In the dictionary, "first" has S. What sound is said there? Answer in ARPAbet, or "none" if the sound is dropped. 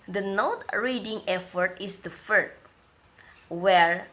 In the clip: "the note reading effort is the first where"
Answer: none